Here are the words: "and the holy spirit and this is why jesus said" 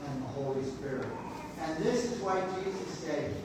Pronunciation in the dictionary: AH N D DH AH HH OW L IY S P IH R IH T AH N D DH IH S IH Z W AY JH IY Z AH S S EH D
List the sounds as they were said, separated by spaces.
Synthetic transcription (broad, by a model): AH N DH AH HH OW L IY S P IH R IH T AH N DH IH S IH Z W AY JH IY Z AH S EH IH